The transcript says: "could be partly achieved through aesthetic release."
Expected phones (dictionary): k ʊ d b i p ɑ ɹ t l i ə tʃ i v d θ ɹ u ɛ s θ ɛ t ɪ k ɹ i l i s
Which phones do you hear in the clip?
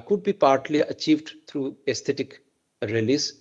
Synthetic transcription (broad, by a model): k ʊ d b i p ɑ ɹ t l i ə tʃ i v d t ɹ u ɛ s t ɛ t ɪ k ɹ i l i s